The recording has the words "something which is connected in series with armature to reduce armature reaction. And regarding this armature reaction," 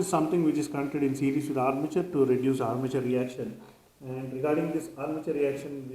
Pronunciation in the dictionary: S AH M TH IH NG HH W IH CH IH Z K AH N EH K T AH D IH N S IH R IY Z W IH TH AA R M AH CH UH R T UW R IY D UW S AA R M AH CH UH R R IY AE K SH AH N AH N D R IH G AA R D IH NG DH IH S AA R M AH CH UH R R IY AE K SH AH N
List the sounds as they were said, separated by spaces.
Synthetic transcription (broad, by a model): S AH M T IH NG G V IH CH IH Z K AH UH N T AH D IH N S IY R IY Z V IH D AA R M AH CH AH R T UW R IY D UW S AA R M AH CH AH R R IY AE K SH AH N AH N D R IH G AA R D IH NG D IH S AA R M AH CH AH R R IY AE K SH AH N